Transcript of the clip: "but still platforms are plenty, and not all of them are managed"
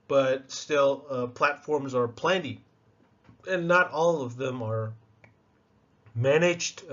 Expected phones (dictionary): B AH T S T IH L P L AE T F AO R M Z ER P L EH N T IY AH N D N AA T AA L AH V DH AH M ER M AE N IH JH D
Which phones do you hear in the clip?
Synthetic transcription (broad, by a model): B AH T S T IH L P L AE T F AO R M Z ER P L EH N T IY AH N N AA T AA L AH V DH AH M ER M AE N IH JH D